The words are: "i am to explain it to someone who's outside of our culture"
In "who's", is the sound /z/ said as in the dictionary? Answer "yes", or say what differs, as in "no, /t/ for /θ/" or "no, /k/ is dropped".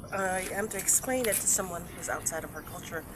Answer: yes